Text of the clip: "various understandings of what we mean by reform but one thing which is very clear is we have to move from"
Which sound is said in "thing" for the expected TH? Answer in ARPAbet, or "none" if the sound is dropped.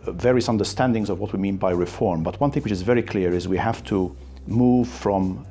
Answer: TH